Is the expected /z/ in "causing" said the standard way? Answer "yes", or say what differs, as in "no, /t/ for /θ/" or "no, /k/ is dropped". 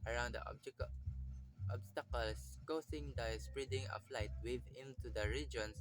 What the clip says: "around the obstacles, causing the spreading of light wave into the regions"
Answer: no, /s/ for /z/